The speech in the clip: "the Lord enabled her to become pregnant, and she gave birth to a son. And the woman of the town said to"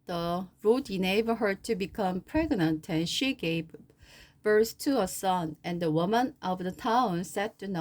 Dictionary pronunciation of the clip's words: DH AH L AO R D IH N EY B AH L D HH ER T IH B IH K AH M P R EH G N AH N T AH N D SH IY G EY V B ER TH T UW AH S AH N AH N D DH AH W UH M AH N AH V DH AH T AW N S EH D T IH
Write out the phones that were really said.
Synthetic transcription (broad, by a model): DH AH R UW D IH N EY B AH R HH ER T IH B IH K AH M P R EH G N AH N T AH N SH IY G EY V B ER S T UW AH S AH N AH N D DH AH W UH M AH N AH V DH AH T AW N S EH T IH